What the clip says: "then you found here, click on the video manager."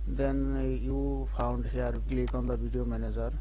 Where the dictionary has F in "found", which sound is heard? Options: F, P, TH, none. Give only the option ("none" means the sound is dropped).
P